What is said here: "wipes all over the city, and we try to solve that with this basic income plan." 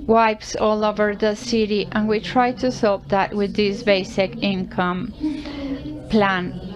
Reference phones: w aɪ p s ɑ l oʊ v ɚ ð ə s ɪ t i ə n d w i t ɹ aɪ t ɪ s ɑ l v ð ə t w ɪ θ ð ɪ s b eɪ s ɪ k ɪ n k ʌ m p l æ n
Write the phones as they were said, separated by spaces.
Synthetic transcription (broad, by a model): w aɪ p s ɑ l oʊ v ɚ ð ə s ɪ t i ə n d w i t ɹ aɪ t ɪ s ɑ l p ð ə t w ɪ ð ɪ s b eɪ s ɪ k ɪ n k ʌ m p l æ n